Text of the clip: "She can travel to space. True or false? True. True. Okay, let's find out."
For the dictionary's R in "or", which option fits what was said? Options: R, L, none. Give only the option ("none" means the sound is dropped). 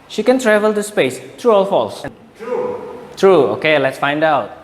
L